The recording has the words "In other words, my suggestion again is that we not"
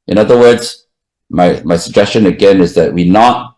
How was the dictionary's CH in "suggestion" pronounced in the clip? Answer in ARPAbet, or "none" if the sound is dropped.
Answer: CH